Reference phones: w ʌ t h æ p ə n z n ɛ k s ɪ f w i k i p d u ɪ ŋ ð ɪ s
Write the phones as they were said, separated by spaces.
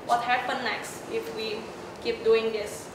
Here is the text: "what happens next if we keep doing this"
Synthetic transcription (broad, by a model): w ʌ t h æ p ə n n ɛ k s ɪ f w i k i p d u ɪ ŋ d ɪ s